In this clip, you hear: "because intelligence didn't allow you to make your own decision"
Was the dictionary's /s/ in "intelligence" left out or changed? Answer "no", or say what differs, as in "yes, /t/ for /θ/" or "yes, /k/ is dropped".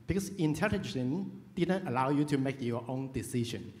yes, /s/ is dropped